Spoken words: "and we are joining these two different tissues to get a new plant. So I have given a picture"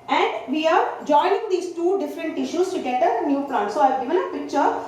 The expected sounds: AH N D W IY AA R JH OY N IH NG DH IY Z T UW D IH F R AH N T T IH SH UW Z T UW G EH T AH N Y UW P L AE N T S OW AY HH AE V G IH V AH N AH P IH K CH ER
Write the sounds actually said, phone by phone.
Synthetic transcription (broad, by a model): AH N D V IY AA R JH OY N IH NG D IY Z T UW D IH F R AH N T T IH SH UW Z T UW G EH T AH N Y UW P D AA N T S OW AY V G IH V AH N AH P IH K CH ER